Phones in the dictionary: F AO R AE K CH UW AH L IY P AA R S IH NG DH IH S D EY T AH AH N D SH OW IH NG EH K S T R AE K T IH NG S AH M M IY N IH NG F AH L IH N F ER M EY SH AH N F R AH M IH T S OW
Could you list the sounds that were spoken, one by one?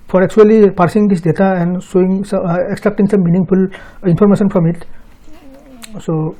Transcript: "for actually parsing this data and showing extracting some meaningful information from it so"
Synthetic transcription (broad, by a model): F AO R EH K CH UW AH L IY P AA R S IH NG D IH S D EY T AH AH N D S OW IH NG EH K S T R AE K T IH NG S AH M M IY N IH NG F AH L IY N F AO M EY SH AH N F R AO M IH T S OW